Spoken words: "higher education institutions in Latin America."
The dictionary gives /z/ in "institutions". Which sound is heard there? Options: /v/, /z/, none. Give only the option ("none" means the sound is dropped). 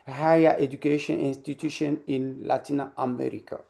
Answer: none